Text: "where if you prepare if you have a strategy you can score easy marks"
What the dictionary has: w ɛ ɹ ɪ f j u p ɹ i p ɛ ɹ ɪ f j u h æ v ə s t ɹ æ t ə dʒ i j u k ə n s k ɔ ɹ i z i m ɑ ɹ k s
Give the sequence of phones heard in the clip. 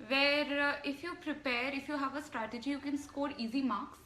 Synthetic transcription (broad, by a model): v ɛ ɹ ɪ f j u p ɹ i p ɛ ɹ ɪ f j u h æ v ə s t ɹ æ t ə dʒ i j u k ə n s k ɔ ɹ i z i m ɑ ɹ k s